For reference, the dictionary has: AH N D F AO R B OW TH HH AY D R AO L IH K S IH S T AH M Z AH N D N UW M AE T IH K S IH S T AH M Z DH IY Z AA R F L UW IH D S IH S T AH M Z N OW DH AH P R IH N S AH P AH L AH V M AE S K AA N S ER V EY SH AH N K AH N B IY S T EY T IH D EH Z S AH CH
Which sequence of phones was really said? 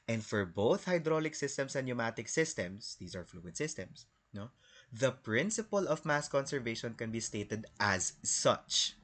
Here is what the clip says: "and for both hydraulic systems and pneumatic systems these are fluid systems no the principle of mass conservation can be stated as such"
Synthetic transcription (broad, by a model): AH N D F AO R B OW TH HH AY D R AO L IH K S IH S T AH M S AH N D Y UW M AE T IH K S IH S T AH M S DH IY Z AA R F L UW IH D S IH S T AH M S N OW DH AH P R IH N S AH P AH L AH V M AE S K AA N S ER V EY SH AH N K AH N B IY S T EY T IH D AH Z S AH CH